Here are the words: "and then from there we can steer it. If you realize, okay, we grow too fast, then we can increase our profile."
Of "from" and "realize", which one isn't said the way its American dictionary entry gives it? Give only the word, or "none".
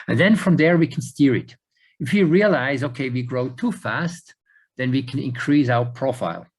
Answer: none